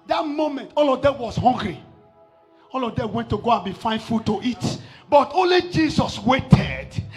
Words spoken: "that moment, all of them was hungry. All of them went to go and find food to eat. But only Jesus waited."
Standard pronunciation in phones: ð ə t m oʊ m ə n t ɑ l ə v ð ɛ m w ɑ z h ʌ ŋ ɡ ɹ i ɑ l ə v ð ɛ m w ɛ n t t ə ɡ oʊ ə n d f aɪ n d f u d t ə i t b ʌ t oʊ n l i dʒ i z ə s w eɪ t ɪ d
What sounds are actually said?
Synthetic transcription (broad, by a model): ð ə t m oʊ m ə n t ɑ l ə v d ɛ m w ɑ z h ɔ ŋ ɡ ɹ i ɑ l ə v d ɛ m w ɛ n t t ə ɡ oʊ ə n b f aɪ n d f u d t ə i t b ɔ t oʊ n l i dʒ i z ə s w eɪ t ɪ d